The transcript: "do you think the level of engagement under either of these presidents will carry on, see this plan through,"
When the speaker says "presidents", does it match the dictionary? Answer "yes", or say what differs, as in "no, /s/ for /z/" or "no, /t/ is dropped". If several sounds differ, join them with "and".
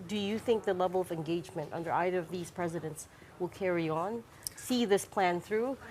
yes